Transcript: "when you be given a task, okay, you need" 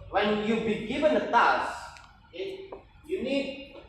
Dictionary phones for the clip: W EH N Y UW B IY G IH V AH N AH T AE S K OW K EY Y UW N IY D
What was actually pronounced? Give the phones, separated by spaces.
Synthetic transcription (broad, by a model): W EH N Y UW B IY G IH V AH N AH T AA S IH Y UW N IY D